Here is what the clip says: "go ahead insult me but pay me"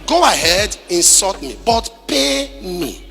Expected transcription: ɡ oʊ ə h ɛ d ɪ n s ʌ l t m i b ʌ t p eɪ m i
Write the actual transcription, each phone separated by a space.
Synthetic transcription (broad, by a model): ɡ oʊ ə h ɛ d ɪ n s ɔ t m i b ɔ t p eɪ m i